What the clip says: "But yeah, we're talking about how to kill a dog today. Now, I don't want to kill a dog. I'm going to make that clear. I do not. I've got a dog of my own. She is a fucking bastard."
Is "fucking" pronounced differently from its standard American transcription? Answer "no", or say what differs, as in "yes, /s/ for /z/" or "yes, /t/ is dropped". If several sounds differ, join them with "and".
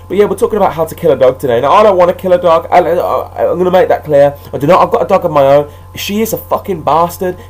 no